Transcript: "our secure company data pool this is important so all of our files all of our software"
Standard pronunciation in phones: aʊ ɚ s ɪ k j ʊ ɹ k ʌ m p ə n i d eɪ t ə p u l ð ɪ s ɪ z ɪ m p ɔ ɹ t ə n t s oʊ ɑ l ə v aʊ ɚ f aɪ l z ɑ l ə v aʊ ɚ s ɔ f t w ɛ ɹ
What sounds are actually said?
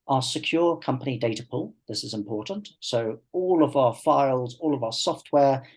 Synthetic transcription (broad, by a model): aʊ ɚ s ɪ k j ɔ k ʌ m p ə n i d eɪ t ə p u l ð ɪ s ɪ z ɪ m p ɔ t n t s oʊ ɑ l ə v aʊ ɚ f aɪ l z ɑ l ə v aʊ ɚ s ɔ f t w ɛ